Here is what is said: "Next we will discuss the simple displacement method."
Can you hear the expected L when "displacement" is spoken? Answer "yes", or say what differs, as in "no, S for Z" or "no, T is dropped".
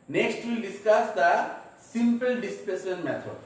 no, L is dropped